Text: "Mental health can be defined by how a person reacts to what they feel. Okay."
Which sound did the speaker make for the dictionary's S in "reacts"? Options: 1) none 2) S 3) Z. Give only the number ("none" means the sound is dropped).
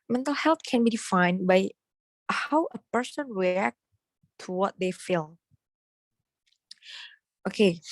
1